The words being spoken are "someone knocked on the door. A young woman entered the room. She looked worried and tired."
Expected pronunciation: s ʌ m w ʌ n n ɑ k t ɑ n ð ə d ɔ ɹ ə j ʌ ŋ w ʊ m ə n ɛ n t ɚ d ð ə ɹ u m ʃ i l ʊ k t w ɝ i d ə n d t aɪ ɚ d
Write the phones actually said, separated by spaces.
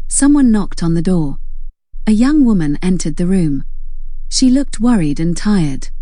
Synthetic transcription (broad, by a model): s ʌ m w ʌ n n ɑ k t n ð ə d ɔ ɹ ə j ʌ ŋ w ʊ m ə n ɛ n t ɚ d ð ə ɹ u m ʃ i l ʊ k t w ɝ i d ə n t aɪ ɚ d